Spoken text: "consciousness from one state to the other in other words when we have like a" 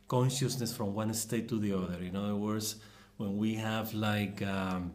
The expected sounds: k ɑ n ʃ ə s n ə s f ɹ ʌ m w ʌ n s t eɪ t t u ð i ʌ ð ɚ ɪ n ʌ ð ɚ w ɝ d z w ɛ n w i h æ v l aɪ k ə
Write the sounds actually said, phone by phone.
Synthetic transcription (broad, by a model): k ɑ n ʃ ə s n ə s f ɹ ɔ m w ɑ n s t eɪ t t u ð i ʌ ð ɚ ɪ n ʌ ð ɚ w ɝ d s w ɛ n w i h æ v l aɪ k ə